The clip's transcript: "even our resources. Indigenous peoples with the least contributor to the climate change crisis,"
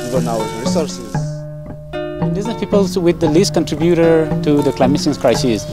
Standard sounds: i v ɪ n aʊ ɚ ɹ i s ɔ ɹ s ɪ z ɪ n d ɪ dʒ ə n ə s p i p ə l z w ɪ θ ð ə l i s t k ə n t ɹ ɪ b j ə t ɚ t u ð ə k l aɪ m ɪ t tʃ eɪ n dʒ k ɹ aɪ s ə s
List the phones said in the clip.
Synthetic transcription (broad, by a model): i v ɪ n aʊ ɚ ɹ i s ɔ ɹ s ɪ z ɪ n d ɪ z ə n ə p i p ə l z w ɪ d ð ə l i s t k ə n t ɹ ɪ b j ə t ɚ t u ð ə k l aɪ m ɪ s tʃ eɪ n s k ɹ aɪ s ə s